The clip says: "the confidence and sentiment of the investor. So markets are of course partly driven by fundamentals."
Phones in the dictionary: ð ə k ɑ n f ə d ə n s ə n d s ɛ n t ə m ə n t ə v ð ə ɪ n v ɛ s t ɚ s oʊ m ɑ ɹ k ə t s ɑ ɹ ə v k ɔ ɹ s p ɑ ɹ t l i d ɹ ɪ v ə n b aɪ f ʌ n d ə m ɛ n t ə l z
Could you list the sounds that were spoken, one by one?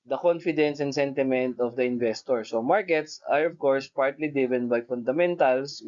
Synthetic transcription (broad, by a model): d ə k ɑ n f ə d ə n s ə n d s ɛ n t ə m ə n t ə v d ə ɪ n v ɛ s t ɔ s oʊ m ɑ ɹ k ə t s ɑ ɹ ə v k ɔ ɹ s p ɑ ɹ t l i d ɪ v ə n b aɪ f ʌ n d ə m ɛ n t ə l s